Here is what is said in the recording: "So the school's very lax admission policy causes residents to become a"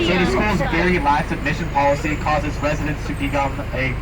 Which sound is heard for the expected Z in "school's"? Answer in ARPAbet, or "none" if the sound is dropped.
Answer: Z